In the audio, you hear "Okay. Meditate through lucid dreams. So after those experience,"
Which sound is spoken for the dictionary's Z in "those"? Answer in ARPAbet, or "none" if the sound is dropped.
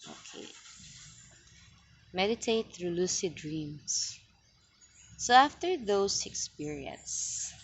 S